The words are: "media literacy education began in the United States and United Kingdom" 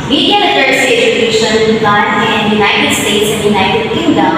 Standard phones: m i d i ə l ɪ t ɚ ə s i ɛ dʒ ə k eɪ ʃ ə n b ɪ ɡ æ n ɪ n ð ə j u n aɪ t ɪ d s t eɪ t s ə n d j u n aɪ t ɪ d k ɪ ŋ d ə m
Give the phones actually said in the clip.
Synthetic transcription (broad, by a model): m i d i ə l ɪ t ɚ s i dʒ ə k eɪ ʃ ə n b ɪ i ɪ n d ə j u n aɪ t ɪ d s t eɪ t s ə n d j u n aɪ t ɪ d k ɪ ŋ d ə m